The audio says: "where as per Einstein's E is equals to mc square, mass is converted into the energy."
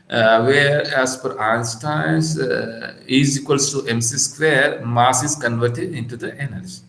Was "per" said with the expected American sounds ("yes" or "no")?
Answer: no